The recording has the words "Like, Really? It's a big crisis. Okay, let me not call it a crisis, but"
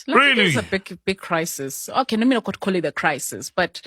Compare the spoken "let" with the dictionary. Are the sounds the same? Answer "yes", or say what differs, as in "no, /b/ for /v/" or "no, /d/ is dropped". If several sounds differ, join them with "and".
no, /n/ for /l/